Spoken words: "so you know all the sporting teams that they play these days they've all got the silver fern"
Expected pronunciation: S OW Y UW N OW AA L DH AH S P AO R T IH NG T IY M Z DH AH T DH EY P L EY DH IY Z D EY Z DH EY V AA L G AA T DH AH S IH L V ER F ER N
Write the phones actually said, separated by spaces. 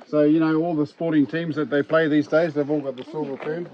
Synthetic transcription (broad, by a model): S OW Y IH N OW AA L DH AH S P AO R T IH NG T IY M Z DH AH T DH EY P L EY DH IY Z D EY Z DH EY V AA L G AA T DH AH S IH L V ER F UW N